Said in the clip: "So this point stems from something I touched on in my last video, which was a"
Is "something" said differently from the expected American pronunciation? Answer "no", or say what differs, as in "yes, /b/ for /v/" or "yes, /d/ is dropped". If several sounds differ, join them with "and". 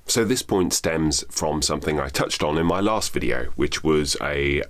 no